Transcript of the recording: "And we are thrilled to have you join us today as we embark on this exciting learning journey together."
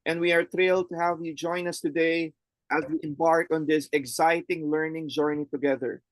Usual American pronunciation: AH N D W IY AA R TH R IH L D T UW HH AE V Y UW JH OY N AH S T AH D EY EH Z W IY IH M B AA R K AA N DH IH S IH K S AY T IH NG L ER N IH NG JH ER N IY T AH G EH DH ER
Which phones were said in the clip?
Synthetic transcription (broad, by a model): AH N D W IY AA R T R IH L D T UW HH AE V Y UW JH OY N AH S T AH D EY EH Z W IY IH M B AA R K AA N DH IH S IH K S AY T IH NG L ER N IH NG JH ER N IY T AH G EH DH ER